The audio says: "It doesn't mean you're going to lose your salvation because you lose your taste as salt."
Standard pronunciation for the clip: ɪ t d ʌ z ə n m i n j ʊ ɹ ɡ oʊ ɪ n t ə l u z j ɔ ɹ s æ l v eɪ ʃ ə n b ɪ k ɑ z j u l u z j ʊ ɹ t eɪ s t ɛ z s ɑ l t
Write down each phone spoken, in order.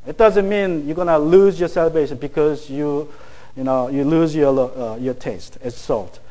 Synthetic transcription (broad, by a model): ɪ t d ʌ z ə n m i n j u ɡ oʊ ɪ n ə l u z j ɔ ɹ s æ l b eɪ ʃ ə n b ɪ k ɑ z j u l u z j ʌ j t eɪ s t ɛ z s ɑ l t